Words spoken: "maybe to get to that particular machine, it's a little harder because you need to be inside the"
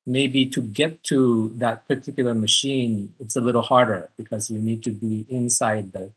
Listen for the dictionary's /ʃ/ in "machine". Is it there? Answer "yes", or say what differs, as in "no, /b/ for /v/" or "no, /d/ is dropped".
yes